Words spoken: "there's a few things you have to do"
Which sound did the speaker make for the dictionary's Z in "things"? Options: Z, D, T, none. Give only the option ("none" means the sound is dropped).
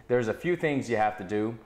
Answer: Z